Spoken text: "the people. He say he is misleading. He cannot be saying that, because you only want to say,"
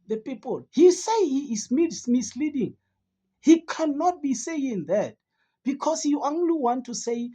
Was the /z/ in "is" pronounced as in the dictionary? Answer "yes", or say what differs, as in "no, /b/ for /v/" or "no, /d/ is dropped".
no, /s/ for /z/